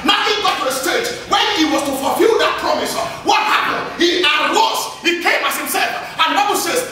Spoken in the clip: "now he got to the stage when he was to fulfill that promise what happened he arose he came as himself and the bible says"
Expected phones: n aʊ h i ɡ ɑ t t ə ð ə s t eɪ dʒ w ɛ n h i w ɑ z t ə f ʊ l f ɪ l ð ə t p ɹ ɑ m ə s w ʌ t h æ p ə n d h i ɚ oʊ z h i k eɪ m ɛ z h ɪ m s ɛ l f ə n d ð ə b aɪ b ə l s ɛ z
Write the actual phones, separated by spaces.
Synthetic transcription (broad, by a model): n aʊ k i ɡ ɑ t t ə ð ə s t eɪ tʃ w ɛ n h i w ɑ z t ə f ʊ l f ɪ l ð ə t p ɹ ɑ m ə s w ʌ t h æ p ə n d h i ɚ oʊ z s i k eɪ m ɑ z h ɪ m s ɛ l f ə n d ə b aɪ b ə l s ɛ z